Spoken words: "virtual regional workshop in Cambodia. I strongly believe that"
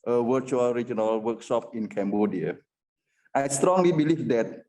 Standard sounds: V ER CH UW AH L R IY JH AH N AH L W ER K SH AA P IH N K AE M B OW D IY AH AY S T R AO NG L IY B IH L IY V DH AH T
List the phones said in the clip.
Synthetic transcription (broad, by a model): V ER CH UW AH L R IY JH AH N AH L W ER K S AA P IH N K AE M B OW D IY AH AY S T R AO NG L IY B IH L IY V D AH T